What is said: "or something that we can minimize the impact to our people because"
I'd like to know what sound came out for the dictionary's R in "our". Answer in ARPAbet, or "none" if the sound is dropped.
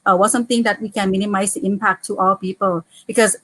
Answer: L